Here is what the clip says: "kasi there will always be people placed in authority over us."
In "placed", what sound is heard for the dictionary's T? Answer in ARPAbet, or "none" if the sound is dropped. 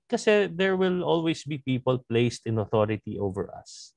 T